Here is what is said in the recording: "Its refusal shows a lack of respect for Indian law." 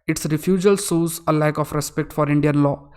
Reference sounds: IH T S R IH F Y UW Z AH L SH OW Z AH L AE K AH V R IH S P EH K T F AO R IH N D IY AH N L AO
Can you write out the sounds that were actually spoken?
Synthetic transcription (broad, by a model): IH T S R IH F Y UW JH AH L S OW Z AH L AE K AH F R IH S P EH K T F AO R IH N D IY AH N L AO